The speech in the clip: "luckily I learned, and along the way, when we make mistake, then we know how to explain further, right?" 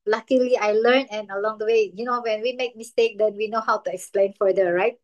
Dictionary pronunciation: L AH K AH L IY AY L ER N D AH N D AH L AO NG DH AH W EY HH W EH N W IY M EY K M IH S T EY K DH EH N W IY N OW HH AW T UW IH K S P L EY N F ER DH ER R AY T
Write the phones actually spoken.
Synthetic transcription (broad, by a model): L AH K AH L IY AY L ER N AH N AH L AO NG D AH W EY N W EH N W IY M EY K M IH S T EY K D EH N W IY N OW HH AW T UW IH K S P L EY N F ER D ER R AY T